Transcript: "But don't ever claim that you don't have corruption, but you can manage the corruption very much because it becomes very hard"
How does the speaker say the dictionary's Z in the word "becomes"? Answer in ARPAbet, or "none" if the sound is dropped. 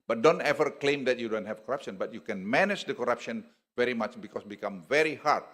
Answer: none